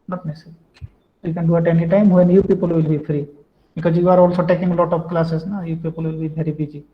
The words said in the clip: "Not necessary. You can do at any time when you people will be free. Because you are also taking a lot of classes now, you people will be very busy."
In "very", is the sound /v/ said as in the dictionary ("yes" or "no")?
no